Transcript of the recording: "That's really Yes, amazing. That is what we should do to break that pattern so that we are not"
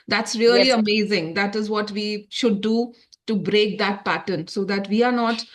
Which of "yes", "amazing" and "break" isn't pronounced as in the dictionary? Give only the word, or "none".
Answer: yes